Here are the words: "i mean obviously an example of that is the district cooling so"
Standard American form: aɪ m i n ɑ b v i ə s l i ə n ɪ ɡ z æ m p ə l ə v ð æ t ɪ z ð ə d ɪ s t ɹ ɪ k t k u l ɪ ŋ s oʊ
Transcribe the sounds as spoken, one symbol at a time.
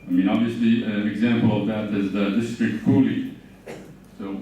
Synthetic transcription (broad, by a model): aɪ m i n ɑ b v i ə s l i ə n ɪ ɡ z æ m p ə l ə v ð æ t ɪ z ð ə d ɪ s t ɹ ɪ k t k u l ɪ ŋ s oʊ